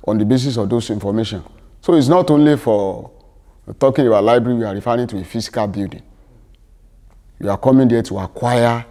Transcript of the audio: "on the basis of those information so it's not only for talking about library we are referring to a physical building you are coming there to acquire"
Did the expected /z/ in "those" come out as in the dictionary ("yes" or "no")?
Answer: no